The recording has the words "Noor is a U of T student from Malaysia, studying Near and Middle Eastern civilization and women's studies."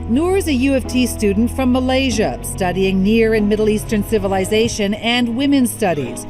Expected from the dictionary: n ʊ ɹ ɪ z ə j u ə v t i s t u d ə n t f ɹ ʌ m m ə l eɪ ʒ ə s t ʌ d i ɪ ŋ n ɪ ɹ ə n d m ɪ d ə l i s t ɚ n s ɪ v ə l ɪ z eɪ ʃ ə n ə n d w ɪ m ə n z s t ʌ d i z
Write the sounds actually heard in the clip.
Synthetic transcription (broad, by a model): n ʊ ɹ ɪ z ə j u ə f t i s t u d n t f ɹ ʌ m m ə l eɪ ʒ ə s t ʌ d i ɪ ŋ n ɪ ɹ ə n m ɪ d l i s t ɚ n s ɪ v ə l ɪ z eɪ ʃ ə n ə n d w ɪ m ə n s t ʌ d i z